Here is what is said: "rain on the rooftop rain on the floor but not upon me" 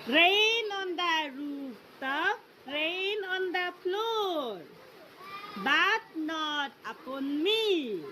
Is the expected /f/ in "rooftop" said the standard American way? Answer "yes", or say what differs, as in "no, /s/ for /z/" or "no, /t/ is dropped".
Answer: no, /p/ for /f/